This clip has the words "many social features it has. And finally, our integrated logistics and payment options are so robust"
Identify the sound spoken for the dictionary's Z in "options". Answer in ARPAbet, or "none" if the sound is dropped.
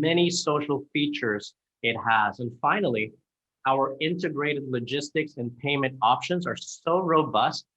Z